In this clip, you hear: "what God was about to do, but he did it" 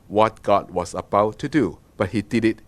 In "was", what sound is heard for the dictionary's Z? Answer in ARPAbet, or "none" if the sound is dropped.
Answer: S